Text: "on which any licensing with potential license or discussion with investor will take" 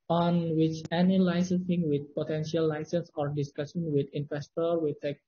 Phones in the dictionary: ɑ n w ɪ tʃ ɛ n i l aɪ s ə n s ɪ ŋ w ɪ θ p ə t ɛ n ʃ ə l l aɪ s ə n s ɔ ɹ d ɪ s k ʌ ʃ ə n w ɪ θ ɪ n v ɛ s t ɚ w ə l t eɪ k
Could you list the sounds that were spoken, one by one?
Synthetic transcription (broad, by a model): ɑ n w ɪ tʃ ɛ n i l aɪ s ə s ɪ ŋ w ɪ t p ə t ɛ n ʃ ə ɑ l aɪ s ə n s ɔ ɹ d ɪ s k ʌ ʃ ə n w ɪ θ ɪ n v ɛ s t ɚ w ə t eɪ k